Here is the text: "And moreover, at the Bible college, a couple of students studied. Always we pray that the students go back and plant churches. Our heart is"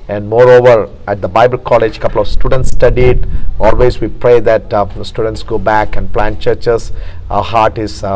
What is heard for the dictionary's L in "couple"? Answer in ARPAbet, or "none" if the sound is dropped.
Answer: L